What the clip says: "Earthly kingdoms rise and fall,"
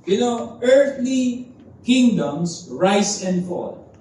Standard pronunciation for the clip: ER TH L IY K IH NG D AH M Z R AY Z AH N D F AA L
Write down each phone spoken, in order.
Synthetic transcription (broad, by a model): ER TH L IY K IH NG D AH M S R AY S AH N D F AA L